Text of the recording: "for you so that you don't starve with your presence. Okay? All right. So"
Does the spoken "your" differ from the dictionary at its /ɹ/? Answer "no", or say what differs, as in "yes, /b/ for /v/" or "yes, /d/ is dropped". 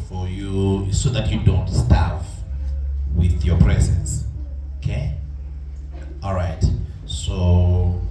no